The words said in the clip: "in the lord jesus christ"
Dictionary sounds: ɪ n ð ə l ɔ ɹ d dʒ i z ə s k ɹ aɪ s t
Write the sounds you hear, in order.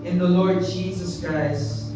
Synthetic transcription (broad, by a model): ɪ n ð ə l ɔ ɹ d dʒ i z ə s k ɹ aɪ s t